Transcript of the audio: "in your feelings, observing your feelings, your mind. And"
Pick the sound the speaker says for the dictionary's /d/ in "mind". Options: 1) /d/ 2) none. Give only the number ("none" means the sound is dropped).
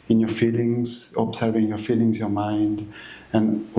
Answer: 1